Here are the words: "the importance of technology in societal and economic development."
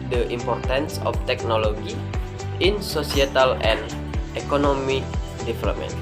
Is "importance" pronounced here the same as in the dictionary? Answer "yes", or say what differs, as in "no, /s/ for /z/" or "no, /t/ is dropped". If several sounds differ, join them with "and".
yes